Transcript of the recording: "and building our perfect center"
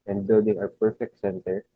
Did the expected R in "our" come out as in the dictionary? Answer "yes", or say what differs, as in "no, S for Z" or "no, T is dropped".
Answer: no, W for R